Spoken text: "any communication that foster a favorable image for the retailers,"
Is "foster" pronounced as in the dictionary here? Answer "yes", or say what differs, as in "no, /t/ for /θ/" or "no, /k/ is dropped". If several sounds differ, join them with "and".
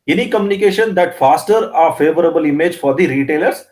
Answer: yes